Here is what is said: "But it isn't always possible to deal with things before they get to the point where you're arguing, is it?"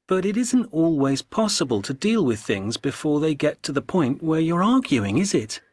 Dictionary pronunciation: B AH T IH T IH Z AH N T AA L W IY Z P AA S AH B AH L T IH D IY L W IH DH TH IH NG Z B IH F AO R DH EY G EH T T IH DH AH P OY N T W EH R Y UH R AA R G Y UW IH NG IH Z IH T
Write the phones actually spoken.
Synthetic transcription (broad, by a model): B AH T IH T IH Z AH N T AA L W IY Z P AA S AH B AH L T IH D IY L W IH DH TH IH NG Z B IH F AO R DH EY G EH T T IH DH AH P OY N T W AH R Y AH R AA R G Y UW IH NG IH Z IH T